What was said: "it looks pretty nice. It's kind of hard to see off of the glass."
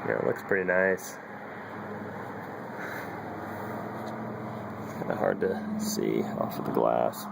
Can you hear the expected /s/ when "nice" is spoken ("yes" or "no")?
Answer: no